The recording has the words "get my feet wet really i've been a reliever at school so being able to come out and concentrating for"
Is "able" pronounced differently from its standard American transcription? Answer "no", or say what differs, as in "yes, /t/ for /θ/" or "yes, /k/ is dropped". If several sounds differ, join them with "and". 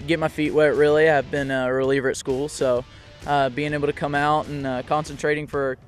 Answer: yes, /b/ is dropped